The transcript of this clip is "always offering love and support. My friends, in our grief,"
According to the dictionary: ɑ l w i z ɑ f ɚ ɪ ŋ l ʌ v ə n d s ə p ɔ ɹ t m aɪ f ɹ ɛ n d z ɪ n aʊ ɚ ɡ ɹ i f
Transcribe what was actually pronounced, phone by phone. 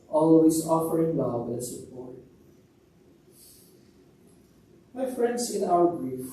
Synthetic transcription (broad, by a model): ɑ l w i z ɑ f ɚ ɪ ŋ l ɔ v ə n s ə p ɔ ɹ t m aɪ f ɹ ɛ n d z ɪ n aʊ ɚ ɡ ɹ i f